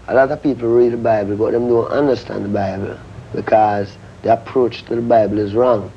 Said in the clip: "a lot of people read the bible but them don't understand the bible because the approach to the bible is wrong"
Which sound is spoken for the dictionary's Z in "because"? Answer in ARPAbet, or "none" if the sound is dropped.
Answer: Z